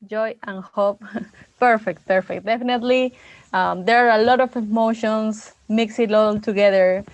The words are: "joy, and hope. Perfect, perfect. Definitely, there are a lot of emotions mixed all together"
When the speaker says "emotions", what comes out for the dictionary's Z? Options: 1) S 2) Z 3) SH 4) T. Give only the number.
1